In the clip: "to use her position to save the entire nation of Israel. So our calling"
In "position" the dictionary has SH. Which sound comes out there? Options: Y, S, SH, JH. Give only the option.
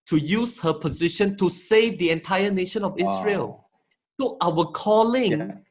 SH